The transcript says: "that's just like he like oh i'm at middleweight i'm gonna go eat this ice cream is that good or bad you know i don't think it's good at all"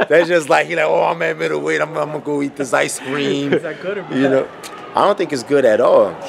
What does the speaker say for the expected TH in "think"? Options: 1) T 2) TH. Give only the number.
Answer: 2